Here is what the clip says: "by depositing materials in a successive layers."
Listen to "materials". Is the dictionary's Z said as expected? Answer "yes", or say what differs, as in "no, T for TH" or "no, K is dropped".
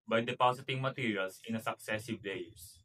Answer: no, S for Z